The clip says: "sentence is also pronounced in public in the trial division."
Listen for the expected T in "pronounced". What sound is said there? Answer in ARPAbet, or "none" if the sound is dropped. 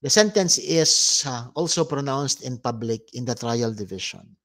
T